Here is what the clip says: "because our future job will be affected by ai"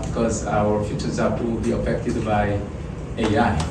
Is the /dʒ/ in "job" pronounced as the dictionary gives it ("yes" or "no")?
no